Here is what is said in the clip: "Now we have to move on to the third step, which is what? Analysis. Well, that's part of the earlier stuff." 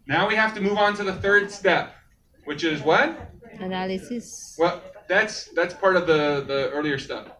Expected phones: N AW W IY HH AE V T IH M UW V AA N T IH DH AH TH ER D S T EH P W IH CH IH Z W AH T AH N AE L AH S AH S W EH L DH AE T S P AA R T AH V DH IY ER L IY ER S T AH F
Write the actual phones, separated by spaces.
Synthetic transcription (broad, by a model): N AW W IY HH AE F T IH M UW V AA N T IH DH AH TH ER D S T EH P W IH CH IH Z W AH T AH N AE L AH S AH S W EH L DH AE T S P AA R T AH V DH IY ER L IY ER S T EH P